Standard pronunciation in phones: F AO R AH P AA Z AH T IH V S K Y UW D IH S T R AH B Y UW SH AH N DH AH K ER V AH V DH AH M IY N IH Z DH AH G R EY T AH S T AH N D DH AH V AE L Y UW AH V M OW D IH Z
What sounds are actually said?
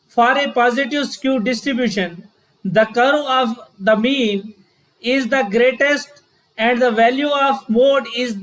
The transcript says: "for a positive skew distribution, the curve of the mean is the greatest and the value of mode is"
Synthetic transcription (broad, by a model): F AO R AH P AA Z AH T IH V S K Y UW D IH S T R AH B Y UW SH AH N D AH K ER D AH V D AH M IY N IH Z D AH G R EY T AH S T AH N D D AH V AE L Y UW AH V M OW D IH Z